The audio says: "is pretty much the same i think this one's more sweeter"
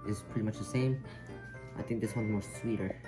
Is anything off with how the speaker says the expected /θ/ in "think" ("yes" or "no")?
no